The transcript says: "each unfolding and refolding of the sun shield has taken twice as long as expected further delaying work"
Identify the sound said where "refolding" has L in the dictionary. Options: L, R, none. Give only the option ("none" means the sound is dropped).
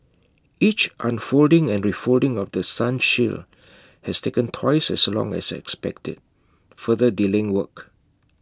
L